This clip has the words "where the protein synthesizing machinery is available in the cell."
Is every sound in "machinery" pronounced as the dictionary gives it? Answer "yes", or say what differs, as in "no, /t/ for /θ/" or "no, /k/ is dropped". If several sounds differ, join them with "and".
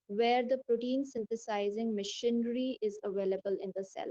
yes